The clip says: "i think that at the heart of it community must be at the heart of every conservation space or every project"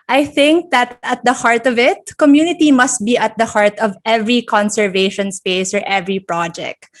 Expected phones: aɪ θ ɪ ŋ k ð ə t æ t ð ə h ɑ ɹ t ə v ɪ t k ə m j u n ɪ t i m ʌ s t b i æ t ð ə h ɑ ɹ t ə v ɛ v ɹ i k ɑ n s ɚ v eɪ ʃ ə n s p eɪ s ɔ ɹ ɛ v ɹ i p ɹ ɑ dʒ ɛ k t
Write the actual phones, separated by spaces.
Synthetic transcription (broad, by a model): aɪ θ ɪ ŋ k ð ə t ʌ t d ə h ɑ ɹ t ə v ɪ t k ə m j u n ɪ t i m ʌ s t b i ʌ t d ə h ɑ ɹ t ə v ɛ v ɹ i k ɑ n s ɚ v eɪ ʃ ə n s p eɪ s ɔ ɹ ɛ v ɹ i p ɹ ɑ dʒ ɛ k t